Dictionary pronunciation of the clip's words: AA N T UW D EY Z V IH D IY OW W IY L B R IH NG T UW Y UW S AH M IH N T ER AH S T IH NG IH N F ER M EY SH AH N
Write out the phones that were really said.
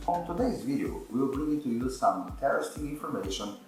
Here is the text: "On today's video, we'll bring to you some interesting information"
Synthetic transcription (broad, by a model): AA N T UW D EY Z V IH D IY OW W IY W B R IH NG T UW Y UW S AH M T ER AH S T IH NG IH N F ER M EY SH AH N